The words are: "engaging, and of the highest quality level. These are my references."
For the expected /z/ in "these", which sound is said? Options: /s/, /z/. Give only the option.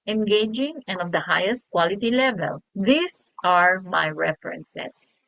/s/